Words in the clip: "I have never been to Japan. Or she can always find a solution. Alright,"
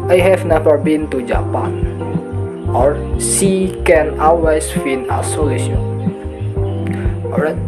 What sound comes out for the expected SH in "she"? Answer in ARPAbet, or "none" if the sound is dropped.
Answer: S